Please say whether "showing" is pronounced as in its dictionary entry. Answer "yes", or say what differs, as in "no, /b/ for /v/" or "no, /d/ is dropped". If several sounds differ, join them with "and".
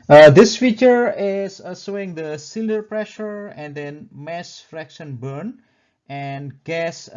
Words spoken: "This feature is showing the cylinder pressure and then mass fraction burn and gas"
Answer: no, /s/ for /ʃ/